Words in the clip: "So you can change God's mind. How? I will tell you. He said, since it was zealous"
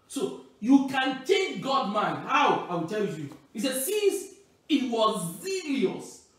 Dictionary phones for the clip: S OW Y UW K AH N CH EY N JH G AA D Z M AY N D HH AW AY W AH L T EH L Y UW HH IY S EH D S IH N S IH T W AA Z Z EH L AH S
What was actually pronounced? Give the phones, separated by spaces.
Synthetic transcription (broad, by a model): S OW Y UW K AH N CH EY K G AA D M AY N D HH AW AY W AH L T EH L Y UW HH IY S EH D S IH N S IH T W AA Z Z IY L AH S